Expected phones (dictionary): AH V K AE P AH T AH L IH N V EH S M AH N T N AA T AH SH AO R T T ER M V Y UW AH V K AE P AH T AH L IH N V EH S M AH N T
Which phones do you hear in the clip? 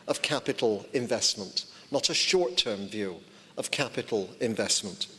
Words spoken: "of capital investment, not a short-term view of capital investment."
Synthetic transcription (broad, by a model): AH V K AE P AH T L IH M V EH S M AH N T N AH T AH SH AO R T T ER M V Y UW AH V K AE P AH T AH L IH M V EH S M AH N T